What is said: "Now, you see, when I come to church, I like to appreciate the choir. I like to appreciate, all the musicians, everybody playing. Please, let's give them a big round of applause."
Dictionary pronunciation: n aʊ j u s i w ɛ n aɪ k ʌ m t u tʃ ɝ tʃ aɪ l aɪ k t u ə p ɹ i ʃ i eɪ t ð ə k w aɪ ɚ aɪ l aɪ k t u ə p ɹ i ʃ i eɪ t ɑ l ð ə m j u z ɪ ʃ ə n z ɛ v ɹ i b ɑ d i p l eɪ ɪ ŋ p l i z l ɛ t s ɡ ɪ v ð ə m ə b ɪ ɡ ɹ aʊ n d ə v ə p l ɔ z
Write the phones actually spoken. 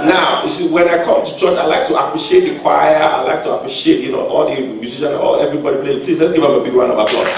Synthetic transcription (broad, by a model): n aʊ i s i w ɛ n aɪ k ʌ m t u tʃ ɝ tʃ aɪ l aɪ k t u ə p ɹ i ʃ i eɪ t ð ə k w aɪ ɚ aɪ l aɪ k t u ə p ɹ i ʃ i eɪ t ɑ l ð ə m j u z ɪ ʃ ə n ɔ ɛ v ɹ i b ɑ d i p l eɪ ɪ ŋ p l i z l ɛ t s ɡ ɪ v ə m ə b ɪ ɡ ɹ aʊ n ə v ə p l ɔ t